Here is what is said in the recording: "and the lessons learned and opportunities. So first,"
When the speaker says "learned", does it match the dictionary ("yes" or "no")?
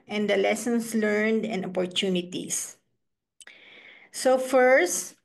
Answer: yes